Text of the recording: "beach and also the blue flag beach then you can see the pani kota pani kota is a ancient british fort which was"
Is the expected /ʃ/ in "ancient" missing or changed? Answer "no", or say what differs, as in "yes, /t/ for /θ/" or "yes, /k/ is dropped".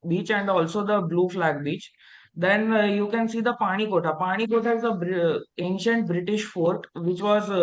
no